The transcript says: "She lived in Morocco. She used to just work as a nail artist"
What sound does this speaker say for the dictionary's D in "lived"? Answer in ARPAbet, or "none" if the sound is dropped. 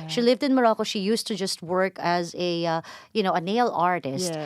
D